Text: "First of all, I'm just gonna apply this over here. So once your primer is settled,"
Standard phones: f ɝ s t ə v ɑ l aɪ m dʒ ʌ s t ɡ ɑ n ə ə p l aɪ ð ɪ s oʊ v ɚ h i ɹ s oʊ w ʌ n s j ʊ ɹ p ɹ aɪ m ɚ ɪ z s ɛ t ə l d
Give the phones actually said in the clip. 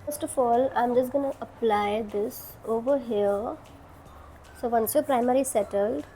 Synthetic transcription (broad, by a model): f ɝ s t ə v ɑ l aɪ m dʒ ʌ s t ɡ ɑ n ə ə p l aɪ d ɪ s oʊ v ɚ h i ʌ s oʊ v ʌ n s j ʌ p ɹ aɪ m ɚ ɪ s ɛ t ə l d